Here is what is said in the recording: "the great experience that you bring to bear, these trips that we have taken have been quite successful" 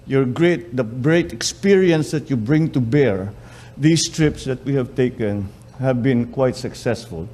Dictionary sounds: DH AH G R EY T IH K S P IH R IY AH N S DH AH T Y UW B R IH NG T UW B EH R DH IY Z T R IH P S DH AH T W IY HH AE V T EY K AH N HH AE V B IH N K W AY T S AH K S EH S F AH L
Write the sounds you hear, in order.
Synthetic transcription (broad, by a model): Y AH G R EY T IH K S P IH R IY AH N S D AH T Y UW B R IH NG T UW B EH R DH IY S T R IH P S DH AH T W IY HH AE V T EY K AH N HH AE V B IH N K W AY T S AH K S EH S F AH L